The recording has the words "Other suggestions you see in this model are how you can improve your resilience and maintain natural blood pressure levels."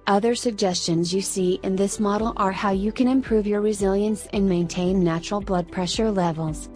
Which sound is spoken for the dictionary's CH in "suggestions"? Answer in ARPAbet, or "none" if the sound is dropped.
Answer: CH